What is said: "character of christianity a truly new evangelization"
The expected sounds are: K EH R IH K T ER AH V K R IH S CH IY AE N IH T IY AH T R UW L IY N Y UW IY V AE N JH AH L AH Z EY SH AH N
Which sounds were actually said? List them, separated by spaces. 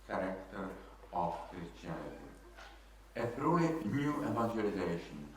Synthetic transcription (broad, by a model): K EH R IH K T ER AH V K R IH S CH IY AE L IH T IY AH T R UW IY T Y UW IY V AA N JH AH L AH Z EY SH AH N